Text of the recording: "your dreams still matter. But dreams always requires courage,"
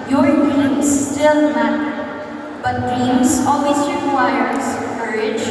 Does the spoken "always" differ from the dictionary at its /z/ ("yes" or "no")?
yes